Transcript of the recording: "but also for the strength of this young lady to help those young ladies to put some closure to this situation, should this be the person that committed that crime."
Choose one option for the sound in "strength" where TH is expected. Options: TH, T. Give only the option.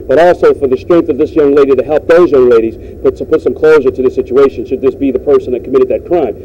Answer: TH